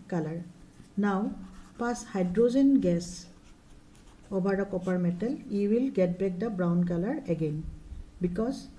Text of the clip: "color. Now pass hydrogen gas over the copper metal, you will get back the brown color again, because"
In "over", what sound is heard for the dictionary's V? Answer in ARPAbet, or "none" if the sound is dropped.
B